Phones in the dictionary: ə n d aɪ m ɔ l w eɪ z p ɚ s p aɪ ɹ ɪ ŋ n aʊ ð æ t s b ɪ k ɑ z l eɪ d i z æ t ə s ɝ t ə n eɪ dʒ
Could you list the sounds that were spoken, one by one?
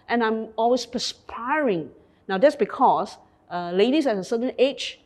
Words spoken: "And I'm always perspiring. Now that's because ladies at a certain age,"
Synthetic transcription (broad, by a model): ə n aɪ m ɔ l w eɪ s p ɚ s p aɪ ɹ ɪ ŋ n aʊ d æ t s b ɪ k ɑ s l eɪ d i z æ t ə s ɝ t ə n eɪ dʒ